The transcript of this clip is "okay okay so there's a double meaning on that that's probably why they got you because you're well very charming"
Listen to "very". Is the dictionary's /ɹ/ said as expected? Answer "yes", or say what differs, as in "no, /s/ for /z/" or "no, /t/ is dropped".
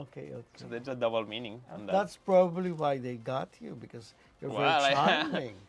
no, /ɹ/ is dropped